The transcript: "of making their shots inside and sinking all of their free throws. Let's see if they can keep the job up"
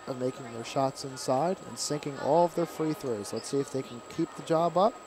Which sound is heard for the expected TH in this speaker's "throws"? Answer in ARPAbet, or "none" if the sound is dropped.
TH